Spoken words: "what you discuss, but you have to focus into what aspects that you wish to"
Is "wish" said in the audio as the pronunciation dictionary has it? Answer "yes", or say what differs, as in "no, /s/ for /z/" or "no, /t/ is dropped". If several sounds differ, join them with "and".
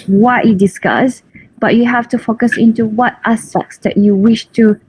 yes